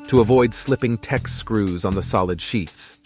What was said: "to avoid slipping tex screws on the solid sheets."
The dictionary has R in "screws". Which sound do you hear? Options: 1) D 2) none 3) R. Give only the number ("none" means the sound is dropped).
3